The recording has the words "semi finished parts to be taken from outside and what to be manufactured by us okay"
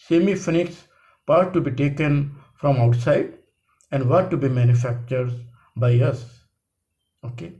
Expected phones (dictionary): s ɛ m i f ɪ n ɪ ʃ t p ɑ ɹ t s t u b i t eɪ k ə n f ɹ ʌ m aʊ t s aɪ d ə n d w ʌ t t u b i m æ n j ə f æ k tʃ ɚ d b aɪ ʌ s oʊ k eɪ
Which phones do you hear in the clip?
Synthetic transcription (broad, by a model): s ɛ m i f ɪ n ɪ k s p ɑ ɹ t t u b i t eɪ k ə n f ɹ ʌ m aʊ t s aɪ d ə n d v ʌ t t u b i m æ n j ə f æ k tʃ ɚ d b aɪ ʌ s oʊ k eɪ